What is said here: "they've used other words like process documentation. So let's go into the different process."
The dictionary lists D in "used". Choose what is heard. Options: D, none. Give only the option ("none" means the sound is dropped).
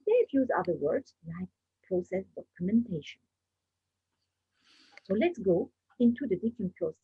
none